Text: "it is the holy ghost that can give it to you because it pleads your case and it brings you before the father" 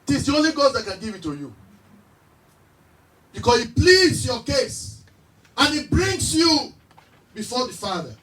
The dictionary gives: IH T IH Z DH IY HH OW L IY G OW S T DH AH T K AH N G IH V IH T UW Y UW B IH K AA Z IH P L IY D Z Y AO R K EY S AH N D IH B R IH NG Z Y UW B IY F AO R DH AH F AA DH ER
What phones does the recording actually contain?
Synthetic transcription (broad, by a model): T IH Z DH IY OW L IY G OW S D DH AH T K AH N G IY V IH T UW Y UW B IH K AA S IH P L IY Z Y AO K EY S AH N IH B R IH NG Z Y UW B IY F AO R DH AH F AA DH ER